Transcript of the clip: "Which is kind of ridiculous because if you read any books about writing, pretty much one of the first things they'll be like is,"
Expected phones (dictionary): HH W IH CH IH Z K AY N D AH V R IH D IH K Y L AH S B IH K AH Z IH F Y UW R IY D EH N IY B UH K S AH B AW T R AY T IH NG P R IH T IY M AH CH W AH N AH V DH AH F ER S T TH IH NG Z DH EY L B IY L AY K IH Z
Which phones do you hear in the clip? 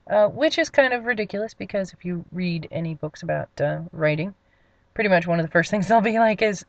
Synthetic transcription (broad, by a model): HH W IH CH IH Z K AY N D AH V R IH D IH K Y L AH S B IH K AH Z IH F Y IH R IY D EH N IY B UH K S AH B AW T R AY T IH NG P R IH T IY M AH CH W AH N AH V DH AH F ER S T TH IH NG Z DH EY L B IY L AY K IH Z